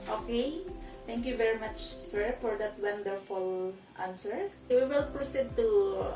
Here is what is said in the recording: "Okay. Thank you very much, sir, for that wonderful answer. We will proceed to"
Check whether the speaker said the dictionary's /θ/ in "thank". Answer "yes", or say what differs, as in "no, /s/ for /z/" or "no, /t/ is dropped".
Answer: no, /t/ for /θ/